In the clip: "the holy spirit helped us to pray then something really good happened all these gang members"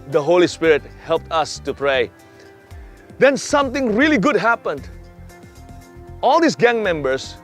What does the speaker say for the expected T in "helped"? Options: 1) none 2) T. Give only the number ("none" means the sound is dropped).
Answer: 2